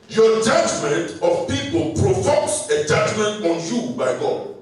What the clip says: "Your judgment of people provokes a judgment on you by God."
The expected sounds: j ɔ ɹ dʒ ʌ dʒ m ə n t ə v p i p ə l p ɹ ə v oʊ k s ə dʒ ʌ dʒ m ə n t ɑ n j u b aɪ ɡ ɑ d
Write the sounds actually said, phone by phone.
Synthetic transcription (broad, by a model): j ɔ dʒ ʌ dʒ m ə n t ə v p i p ə l p ɹ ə f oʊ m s ə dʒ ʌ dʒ m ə n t ɑ n j u b aɪ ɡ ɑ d